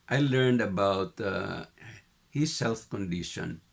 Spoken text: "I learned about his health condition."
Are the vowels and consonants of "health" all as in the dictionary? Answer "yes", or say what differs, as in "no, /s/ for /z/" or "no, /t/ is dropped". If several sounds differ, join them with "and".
no, /f/ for /θ/